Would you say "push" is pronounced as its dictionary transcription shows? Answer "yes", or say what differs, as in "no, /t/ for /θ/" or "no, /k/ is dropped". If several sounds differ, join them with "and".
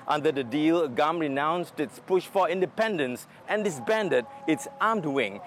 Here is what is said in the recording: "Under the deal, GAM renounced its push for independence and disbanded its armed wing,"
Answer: yes